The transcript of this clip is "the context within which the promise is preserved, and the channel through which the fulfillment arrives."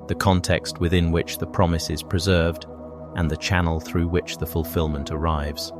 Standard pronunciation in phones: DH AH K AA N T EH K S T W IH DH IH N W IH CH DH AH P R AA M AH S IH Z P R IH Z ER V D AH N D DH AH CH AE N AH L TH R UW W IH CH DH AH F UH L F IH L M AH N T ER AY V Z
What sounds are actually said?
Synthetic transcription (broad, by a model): DH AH K AA N T EH K S T W IH DH IH N W IH CH DH AH P R AA M AH S IH Z P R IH Z ER V D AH N DH AH CH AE N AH L TH R UW W IH CH DH AH F UH L F IH L M AH N T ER AY V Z